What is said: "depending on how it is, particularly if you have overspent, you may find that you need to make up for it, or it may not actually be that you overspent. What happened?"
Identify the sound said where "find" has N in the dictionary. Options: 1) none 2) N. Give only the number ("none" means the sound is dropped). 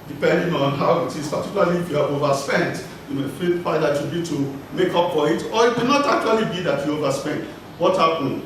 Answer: 1